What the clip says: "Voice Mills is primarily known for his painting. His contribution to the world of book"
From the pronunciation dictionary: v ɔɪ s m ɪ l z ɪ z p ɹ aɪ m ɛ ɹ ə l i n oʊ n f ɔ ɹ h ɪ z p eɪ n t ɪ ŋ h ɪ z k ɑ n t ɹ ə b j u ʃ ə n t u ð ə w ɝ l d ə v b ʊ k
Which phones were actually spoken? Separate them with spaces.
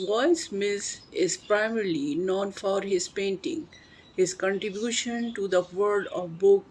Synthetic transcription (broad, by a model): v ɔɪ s m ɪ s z ɪ z p ɹ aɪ m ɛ ɹ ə l i n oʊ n f ɔ ɹ h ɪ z p eɪ n t ɪ ŋ h ɪ z k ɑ n t ɹ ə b j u ʃ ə n t u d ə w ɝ d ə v b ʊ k